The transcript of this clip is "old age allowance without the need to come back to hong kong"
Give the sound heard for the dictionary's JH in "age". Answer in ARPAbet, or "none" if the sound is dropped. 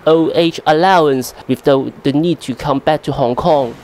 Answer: CH